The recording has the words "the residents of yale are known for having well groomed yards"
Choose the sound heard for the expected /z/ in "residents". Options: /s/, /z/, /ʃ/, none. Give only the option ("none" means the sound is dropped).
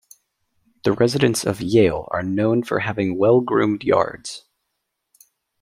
/z/